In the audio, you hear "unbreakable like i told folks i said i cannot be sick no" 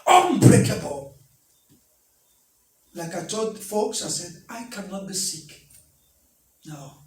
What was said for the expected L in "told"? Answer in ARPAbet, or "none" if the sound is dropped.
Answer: none